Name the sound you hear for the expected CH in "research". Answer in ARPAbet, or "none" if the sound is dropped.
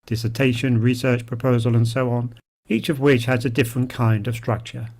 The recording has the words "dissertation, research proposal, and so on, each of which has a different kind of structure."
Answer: CH